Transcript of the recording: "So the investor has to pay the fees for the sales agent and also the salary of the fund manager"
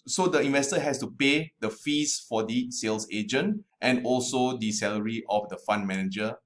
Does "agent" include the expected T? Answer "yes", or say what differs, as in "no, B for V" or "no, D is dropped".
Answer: yes